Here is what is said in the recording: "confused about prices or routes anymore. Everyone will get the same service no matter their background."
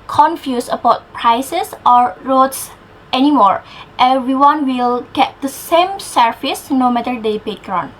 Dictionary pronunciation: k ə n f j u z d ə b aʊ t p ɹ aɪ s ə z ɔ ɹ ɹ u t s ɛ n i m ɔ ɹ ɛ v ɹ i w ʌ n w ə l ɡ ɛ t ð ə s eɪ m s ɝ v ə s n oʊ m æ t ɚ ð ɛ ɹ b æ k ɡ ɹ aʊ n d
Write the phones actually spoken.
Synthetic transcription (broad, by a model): k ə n f j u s ə b aʊ t p ɹ aɪ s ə s ɔ ɹ ɹ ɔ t s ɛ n i m ɔ ɹ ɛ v ɹ i w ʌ n w ə l ɡ ɛ t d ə s eɪ m s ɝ f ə s n oʊ m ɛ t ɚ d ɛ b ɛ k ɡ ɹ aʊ n